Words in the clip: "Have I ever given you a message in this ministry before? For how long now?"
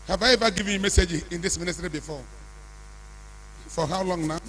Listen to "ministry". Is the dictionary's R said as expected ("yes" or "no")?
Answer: yes